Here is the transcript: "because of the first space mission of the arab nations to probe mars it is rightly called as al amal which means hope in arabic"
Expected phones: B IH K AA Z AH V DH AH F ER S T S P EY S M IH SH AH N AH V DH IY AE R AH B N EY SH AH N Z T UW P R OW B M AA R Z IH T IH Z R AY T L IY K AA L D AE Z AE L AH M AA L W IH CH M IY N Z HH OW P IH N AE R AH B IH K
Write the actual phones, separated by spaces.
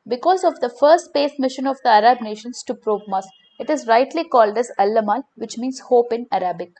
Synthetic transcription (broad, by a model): B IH K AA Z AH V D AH F ER S T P EY S M IH SH AH N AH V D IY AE R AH B N EY SH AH N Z T UW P R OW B M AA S IH T IH Z R AY T L IY K AA L D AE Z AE L AH M AA L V IH CH M IY N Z HH OW P IH N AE R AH B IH K